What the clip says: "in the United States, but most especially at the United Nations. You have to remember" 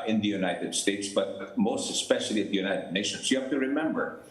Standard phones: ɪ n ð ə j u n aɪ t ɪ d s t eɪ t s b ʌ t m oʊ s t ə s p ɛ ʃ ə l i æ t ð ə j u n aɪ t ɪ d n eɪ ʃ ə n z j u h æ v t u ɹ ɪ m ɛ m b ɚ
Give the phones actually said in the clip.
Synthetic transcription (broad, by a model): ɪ n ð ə j u n aɪ t ɪ d s t eɪ t s b ʌ t m oʊ s t ə s p ɛ ʃ ə l i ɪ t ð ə j u n aɪ t ɪ d n eɪ ʃ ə n s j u h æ f t u ɹ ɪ m ɛ m b ɚ